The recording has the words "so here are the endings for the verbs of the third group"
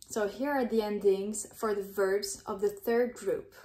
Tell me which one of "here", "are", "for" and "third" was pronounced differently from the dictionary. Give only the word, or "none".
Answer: none